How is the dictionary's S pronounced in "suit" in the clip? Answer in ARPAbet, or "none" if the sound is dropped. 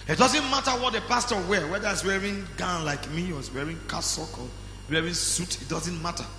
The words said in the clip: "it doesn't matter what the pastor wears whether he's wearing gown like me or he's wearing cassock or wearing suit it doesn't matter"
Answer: S